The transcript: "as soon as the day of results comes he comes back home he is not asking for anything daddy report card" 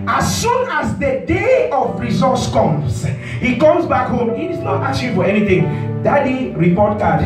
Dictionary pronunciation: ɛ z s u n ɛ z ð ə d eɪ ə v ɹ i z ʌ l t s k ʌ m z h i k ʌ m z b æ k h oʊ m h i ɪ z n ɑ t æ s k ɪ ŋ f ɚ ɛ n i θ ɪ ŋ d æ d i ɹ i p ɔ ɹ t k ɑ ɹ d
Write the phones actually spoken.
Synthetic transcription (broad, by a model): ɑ s u n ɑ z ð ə d eɪ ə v ɹ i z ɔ t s k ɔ m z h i k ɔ m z b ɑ k h oʊ m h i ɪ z n ɑ t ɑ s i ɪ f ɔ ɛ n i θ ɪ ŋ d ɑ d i ɹ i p ɔ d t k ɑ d